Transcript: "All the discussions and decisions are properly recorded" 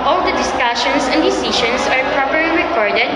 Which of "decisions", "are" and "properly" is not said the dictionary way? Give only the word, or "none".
decisions